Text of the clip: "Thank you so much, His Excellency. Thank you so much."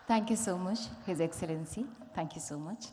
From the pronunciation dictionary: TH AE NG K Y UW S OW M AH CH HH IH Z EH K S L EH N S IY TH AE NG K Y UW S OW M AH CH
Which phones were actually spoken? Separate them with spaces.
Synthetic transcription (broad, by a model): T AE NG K Y UW S OW M AH CH HH IH Z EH K S L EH N S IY T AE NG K Y UW S OW M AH CH